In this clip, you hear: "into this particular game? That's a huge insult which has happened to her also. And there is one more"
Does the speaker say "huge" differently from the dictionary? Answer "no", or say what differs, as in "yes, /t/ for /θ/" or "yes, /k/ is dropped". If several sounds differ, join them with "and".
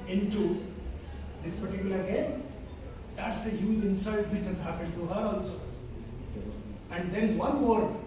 yes, /z/ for /dʒ/